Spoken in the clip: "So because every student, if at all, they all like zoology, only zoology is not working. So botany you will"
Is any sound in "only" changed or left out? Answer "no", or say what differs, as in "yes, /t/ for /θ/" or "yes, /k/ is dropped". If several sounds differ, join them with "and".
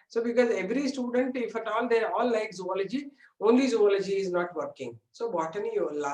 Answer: no